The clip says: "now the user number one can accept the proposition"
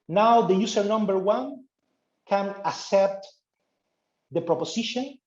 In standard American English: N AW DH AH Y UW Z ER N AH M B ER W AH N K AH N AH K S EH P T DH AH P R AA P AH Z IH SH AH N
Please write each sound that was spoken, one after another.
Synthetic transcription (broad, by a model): N AW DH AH Y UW S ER N AH M B ER W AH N K AH N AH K S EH P T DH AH P R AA P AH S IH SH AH N